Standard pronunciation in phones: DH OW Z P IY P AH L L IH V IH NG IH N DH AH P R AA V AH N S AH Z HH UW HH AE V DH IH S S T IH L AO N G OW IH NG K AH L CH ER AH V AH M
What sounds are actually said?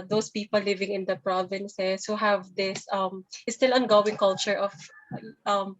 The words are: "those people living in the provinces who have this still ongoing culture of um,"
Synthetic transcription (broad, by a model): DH OW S P IY P AH L L IH V IH NG IH N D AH P R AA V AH N S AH S HH UW HH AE V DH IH S S T IH L AO N G OW IH NG K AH L CH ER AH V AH M